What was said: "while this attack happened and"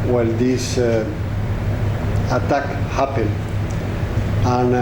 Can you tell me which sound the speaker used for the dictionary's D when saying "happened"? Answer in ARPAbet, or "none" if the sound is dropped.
none